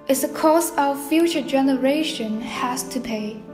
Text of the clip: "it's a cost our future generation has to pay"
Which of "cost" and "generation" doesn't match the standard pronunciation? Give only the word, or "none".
cost